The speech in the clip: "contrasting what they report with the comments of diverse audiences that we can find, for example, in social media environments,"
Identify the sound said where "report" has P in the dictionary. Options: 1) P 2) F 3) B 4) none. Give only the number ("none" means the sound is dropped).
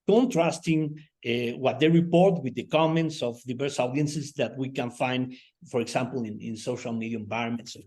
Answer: 1